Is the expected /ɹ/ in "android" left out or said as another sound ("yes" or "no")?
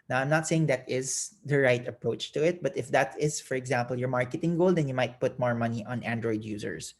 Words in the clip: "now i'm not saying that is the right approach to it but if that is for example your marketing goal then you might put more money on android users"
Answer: no